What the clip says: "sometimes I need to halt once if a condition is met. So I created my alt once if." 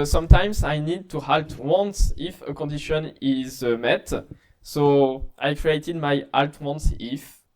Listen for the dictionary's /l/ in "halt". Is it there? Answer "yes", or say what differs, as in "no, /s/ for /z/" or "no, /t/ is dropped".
yes